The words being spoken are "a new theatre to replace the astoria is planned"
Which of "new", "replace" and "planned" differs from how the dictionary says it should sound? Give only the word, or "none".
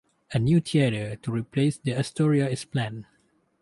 planned